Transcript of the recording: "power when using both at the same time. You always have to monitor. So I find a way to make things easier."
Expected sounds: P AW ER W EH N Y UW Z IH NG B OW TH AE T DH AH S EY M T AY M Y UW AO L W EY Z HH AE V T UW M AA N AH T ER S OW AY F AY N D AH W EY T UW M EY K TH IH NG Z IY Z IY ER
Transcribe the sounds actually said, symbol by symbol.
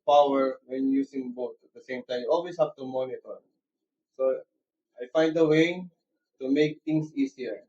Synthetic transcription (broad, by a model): P AW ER W EH N Y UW S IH NG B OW T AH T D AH S EY M T AY M Y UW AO L W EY S HH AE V T UW M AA N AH T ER S OW AY F AY N D AH W EY T UW M EY K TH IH NG S IY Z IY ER